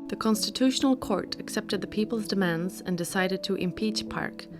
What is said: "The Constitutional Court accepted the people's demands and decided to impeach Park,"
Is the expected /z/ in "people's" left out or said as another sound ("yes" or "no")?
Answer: no